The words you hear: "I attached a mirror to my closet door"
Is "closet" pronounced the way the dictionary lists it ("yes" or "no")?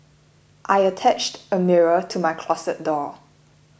no